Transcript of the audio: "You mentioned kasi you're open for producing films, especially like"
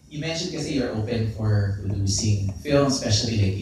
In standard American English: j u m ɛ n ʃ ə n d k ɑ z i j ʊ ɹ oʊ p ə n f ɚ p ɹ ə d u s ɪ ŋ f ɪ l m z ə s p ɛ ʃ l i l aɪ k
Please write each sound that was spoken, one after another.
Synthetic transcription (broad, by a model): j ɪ m ɛ n ʃ ə n d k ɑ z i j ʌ ɹ oʊ p ə n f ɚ ɹ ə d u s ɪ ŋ f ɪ l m ə s p ɛ ʃ l i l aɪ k